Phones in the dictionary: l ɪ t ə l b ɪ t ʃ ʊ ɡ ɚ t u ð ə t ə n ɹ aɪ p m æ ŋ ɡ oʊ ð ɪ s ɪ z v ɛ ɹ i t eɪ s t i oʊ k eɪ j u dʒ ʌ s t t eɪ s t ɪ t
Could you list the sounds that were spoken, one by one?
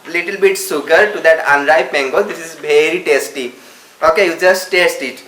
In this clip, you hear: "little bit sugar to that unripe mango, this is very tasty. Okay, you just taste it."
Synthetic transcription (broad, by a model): l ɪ t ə l b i t s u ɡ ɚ t u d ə t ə n ɹ aɪ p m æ ŋ ɡ oʊ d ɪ s ɪ z v ɛ ɹ i t eɪ s t i oʊ k eɪ j u dʒ ʌ s t t eɪ s t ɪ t